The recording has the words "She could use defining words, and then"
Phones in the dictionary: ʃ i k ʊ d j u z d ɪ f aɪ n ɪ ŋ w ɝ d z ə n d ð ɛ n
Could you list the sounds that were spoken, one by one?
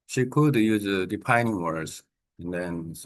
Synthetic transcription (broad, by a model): ʃ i k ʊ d j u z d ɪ p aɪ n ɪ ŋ w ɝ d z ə n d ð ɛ n